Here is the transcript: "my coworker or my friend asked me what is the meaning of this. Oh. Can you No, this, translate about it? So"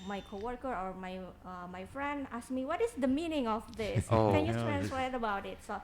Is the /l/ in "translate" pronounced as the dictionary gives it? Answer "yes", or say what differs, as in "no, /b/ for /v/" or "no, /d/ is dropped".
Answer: no, /w/ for /l/